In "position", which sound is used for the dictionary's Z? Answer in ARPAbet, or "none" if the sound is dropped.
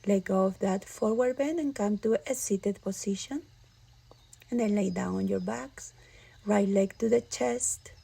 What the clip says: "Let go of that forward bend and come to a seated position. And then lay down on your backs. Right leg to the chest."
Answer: S